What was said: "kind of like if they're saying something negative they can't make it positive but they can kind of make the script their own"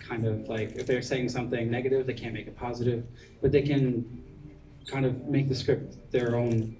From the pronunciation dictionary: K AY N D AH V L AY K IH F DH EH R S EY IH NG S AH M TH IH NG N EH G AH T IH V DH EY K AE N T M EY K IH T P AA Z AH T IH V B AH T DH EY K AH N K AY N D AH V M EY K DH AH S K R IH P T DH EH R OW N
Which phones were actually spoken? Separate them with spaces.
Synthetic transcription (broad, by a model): K AY N D AH V L AY K IH F DH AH R S EY IH NG S AH M TH IH NG N EH G AH T IH V DH EY K AE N M EY K IH T P AA Z AH T IH V B AH T DH EY K AH N K AY N D AH V M EY K DH AH S K R IH P T DH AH R OW N